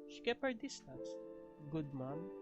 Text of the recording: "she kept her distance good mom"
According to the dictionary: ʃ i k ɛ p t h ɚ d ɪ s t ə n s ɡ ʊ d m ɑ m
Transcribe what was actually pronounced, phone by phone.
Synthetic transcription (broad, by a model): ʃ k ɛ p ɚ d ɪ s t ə s ɡ ʊ d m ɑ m